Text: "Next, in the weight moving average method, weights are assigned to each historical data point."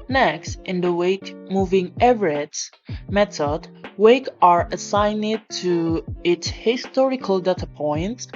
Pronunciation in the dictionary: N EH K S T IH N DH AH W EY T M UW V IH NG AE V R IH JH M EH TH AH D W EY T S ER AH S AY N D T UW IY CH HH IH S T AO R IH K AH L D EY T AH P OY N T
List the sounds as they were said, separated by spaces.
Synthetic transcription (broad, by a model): N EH K S T IH N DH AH W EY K M UW V IH NG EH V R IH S M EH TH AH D W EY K ER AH S AY N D T UW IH S HH IH S T AO R IH K AH L D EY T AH P OY N T